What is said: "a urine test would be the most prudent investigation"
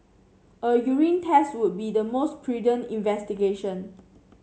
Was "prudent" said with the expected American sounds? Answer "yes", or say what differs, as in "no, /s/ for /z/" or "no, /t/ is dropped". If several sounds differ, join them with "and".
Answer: no, /t/ is dropped